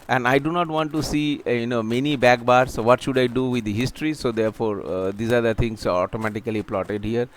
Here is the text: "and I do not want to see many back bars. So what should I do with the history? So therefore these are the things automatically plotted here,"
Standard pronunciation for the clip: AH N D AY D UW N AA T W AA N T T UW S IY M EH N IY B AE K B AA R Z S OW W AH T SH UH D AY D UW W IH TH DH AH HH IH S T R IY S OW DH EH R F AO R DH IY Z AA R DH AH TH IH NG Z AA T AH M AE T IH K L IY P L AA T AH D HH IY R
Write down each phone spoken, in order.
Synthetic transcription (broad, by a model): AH N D AY D UW N AA T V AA N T T UW S IY M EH N IY B AE K B AA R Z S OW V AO T SH UH D AY D UW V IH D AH HH IH S T R IY S OW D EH R F AO R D IY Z AA R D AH T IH NG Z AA T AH M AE T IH K L IY P L AA T AH D HH IY R